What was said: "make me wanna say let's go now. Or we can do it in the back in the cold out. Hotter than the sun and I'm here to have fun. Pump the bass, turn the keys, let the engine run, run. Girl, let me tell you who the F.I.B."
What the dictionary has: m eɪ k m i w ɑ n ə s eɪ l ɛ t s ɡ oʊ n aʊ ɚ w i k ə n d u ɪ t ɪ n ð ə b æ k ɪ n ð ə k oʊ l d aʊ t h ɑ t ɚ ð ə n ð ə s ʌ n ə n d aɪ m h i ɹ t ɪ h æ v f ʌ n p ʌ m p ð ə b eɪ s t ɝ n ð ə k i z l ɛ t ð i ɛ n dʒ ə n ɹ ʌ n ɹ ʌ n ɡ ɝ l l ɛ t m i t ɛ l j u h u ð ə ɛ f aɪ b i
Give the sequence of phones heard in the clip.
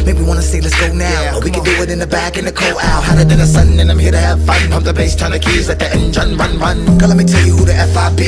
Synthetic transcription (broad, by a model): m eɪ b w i w ɑ n ə s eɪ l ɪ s ɡ oʊ n aʊ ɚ w i k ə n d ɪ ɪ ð ɪ n ð ə b æ k ɪ n ð ə k oʊ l aʊ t h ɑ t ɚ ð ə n ð ə s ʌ n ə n aɪ m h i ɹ t ɪ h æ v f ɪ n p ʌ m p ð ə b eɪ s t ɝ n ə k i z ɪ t ð i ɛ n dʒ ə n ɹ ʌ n ɹ ʌ n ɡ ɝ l l ɛ t m i t ɛ l j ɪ h u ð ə ɛ f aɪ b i